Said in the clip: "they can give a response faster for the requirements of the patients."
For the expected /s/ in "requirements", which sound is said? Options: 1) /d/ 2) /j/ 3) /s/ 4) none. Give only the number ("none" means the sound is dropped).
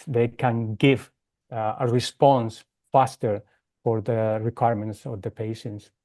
3